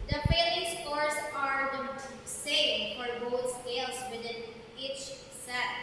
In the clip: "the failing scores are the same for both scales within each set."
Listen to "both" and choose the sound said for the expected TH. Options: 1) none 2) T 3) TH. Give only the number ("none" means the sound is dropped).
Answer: 2